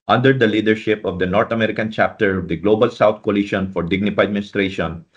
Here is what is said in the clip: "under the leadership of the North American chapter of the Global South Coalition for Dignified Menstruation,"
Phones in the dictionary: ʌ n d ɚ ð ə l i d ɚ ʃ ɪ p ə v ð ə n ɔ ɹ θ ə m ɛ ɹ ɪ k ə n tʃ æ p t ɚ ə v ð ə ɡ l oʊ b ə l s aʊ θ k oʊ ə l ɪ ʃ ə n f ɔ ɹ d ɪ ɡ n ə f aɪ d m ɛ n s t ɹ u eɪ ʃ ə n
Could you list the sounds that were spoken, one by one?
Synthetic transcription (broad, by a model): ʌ n d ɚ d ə l i d ɚ ʃ ɪ p ə v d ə n ɔ ɹ t ə m ɛ ɹ ɪ k ə n tʃ æ p t ɚ ə v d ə ɡ l oʊ b ə l s aʊ t k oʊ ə l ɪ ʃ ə n f ɔ ɹ d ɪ ɡ n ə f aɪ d m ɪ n s t ɹ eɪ ʃ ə n